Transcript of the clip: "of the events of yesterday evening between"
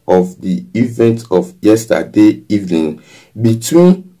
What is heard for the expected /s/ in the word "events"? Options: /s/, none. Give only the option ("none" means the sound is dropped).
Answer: none